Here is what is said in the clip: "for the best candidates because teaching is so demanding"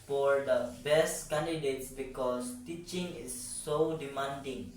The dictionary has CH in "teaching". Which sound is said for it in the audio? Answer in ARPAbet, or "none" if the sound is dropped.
CH